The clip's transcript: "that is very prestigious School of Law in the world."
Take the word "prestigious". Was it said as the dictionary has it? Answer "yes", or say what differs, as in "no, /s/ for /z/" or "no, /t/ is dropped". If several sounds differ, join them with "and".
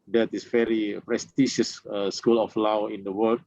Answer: no, /ʃ/ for /dʒ/